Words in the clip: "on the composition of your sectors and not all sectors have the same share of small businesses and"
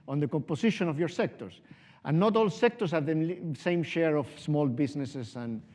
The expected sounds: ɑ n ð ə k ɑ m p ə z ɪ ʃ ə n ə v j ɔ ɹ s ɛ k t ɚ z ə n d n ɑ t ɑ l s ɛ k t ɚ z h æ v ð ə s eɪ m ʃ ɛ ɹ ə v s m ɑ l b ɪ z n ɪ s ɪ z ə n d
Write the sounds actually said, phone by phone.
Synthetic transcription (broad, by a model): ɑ n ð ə k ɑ m p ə s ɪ ʃ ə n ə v j ɔ ɹ s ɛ k t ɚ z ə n n ɑ t ɑ l s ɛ k t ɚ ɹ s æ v ð ə s eɪ m ʃ ɛ ɹ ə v s m ɑ l b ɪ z n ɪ s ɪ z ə n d